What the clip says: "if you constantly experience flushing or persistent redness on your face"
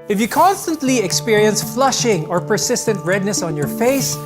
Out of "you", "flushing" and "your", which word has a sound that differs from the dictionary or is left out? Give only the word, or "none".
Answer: none